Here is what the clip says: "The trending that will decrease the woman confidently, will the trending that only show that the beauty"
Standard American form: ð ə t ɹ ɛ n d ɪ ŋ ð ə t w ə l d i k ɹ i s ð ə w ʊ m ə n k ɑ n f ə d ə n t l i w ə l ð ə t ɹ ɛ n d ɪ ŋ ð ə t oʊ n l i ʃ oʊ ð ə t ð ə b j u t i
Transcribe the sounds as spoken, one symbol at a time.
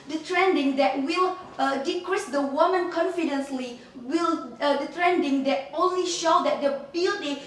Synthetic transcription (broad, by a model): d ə t ɹ ɛ n d ɪ ŋ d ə t w ə l d i k ɹ i s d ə w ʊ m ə n k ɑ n f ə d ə n s l i w ə l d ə t ɹ ɛ n d ɪ ŋ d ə t oʊ n l i ʃ oʊ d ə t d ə b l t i